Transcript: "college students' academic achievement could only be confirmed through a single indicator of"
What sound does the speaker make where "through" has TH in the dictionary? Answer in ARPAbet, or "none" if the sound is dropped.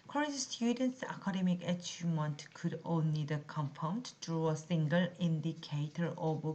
T